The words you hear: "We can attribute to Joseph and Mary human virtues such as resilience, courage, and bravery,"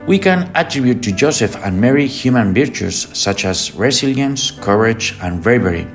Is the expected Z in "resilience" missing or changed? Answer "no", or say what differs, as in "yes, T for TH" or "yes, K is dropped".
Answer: yes, S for Z